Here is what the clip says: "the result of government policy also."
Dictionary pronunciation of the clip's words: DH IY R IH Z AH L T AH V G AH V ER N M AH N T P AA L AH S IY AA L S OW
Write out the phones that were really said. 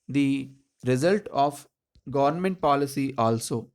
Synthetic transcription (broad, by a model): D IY R IH Z AH L T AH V G AH V ER N M AH N T P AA L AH S IY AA L S OW